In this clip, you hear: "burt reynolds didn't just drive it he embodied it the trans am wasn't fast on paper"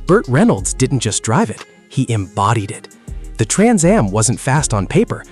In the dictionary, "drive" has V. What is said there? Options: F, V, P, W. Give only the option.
V